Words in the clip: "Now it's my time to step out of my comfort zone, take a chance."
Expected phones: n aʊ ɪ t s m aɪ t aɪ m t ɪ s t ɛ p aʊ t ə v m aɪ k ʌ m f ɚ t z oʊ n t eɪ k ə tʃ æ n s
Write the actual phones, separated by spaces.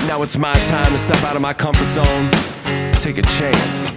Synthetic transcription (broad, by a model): n aʊ ɪ t s m aɪ t aɪ m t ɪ s t ɛ p aʊ t ə v m aɪ k ʌ m f ɚ t s oʊ n t eɪ k ə tʃ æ n s